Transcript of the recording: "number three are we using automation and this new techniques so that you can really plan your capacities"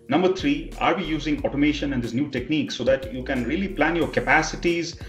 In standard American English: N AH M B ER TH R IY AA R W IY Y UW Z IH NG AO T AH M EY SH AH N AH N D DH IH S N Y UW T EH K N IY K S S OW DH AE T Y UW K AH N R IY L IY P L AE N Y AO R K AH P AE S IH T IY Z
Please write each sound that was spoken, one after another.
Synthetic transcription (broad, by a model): N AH M B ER T R IY AA R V IY Y UW Z IH NG AO T AH M EY SH AH N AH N D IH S N Y UW T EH K N IY K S S OW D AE T Y UW K AH N R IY L IY P L AE N Y AO R K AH P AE S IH T IY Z